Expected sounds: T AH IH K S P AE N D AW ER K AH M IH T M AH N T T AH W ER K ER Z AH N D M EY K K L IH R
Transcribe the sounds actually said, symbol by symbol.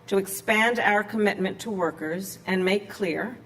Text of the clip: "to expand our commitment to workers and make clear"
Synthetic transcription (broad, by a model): T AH IH K S P AE N D AW ER K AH M IH T M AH N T T AH W ER K ER Z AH N M EY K K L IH R